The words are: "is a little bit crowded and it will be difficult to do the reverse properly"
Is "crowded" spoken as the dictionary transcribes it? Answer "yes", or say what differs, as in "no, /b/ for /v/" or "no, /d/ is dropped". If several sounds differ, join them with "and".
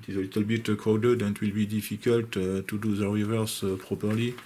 no, /ɹ/ is dropped